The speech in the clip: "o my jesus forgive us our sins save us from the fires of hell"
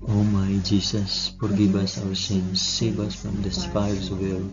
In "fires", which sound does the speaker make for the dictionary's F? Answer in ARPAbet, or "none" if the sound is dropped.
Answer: P